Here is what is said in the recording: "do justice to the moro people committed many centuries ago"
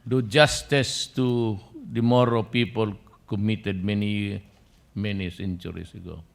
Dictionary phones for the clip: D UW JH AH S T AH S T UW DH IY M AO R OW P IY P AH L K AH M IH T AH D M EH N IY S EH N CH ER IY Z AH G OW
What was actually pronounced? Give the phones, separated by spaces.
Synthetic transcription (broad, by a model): D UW JH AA S T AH S T UW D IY M AO R OW P IY P AH L K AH M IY T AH D M EH N IY S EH N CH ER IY S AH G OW